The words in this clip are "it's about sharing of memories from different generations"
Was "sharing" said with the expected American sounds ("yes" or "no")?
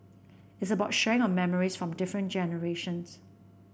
no